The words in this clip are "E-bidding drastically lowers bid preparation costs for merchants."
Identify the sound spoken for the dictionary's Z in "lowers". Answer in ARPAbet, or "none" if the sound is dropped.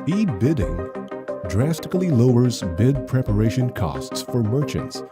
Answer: Z